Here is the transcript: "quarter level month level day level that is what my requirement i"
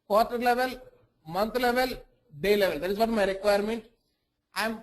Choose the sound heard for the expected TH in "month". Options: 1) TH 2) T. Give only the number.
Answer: 2